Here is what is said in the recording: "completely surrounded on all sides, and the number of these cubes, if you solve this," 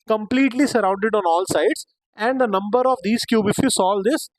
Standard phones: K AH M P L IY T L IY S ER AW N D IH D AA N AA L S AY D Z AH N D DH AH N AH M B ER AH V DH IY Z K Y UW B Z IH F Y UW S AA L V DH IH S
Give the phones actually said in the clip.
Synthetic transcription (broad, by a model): K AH M P L IY T L IY S ER AW N D IH D AA N AA L S AY D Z AH N D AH N AH M B ER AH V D IY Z K Y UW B IH F Y UW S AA L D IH S